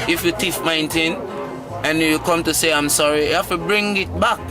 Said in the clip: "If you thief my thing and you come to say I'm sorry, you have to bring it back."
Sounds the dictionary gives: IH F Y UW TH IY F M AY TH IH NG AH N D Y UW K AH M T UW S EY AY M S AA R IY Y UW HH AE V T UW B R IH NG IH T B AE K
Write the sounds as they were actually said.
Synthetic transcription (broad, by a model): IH F Y UW T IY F M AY T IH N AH N Y UW K AH M T UW S EY AY M S AA R IY Y UW HH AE F T UW B R IH NG IH T B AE K